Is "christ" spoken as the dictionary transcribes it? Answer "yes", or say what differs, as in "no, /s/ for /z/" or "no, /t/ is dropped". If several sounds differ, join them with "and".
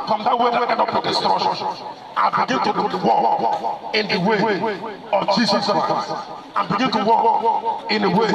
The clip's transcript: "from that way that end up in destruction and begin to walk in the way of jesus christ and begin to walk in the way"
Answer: no, /t/ is dropped